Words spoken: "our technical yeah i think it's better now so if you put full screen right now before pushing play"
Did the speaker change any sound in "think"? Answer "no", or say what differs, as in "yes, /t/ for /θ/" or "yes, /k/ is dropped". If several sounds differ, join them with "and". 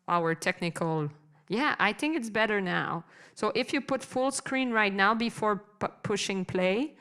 no